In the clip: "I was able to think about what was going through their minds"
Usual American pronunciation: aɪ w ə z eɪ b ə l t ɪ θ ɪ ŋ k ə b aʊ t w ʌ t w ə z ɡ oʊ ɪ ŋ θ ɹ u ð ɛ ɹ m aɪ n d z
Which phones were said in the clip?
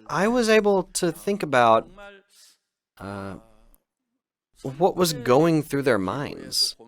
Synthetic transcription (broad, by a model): aɪ w ə z eɪ b l t ɪ θ ɪ ŋ k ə b aʊ t w ʌ t w ə z ɡ oʊ ɪ ŋ θ ɹ u ð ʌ ɹ m aɪ n d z